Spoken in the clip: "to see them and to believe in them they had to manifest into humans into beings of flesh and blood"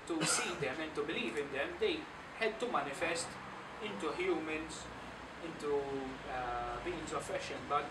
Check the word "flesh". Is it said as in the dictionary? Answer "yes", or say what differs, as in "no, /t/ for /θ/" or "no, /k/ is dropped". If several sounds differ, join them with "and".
no, /l/ is dropped